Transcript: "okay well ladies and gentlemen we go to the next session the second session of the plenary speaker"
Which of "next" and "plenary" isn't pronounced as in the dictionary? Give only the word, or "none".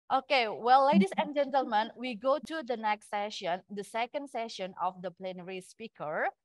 none